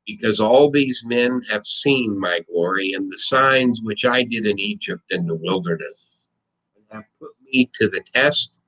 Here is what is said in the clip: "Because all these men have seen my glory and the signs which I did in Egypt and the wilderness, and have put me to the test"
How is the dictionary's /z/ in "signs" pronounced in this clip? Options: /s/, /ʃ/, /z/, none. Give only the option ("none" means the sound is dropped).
/z/